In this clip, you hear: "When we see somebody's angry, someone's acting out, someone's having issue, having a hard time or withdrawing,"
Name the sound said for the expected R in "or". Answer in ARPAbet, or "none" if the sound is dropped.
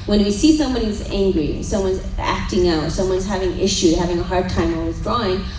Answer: L